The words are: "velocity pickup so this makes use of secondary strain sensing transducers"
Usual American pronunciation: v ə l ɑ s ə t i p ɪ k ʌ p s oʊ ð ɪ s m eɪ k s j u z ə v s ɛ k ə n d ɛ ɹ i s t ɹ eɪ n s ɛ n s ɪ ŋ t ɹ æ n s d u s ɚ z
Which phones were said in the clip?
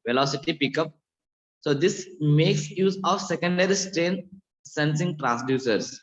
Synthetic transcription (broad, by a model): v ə l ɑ s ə t i p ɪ k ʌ p s oʊ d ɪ s m eɪ k s j u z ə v s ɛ k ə n d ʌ ɹ i s t ɹ eɪ n s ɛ n s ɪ ŋ t ɹ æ n s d u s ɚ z